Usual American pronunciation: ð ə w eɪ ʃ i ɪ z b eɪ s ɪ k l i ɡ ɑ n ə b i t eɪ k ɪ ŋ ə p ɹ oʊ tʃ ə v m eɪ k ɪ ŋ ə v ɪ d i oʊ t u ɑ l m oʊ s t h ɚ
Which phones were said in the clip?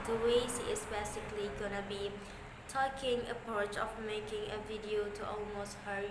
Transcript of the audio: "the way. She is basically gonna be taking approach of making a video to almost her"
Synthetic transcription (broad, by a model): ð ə w eɪ s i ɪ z b eɪ s ɪ k l i ɡ ɑ n ə b i t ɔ k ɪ ŋ ə p ɹ oʊ tʃ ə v m eɪ k ɪ ŋ ə v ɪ d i oʊ t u ɑ l m oʊ s t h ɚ